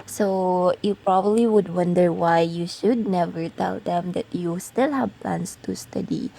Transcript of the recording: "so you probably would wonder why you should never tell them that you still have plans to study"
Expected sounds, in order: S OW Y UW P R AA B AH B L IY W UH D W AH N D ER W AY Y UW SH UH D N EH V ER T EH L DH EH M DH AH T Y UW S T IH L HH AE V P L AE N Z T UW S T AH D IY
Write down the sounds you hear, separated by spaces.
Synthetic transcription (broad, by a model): S OW Y UW P R AA B AH B L IY W UH D W AH N D ER W AY Y UW SH UH D N EH V ER T EH L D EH M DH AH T Y UW S T IH L HH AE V P L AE N S T UW S T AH D IY